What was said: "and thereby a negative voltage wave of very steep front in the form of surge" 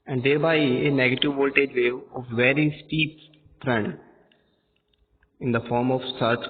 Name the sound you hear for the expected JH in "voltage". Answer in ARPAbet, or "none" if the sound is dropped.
JH